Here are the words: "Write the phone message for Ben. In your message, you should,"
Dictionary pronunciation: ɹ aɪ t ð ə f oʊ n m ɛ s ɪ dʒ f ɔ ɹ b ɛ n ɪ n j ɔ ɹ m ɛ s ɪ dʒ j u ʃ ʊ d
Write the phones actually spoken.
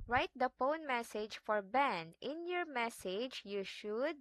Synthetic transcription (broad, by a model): ɹ aɪ t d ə p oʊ n m ɛ s ɪ dʒ f ɔ ɹ b ɛ n ɪ n j ɔ ɹ m ɛ s ɪ dʒ j u ʃ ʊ d